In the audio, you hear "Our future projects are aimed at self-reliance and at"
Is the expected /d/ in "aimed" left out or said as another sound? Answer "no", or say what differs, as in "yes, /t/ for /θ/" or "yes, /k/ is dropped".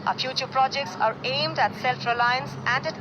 no